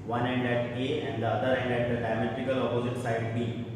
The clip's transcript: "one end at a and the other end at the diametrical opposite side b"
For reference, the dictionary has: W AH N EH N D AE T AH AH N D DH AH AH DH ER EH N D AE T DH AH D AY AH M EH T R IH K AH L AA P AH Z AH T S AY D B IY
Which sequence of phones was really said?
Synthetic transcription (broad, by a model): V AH N EH N D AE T AH AH N D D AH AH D ER EH N D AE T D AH D AY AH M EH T IH K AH L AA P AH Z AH T S AY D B IY